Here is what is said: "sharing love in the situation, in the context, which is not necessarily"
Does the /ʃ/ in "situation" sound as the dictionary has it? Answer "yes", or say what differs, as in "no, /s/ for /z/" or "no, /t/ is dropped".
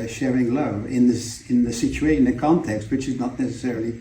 no, /ʃ/ is dropped